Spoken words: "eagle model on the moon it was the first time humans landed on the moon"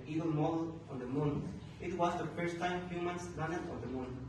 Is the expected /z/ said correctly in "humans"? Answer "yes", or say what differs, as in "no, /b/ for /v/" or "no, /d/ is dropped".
no, /s/ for /z/